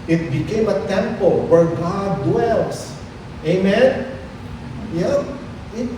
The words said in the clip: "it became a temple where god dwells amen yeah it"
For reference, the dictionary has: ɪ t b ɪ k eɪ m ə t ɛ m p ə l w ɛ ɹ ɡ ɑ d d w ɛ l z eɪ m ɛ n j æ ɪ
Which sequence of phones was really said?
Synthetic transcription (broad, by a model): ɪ t b ɪ k eɪ m ə t ɛ m p ə l w ɛ ɹ ɡ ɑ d d w ɛ l s eɪ m ɛ n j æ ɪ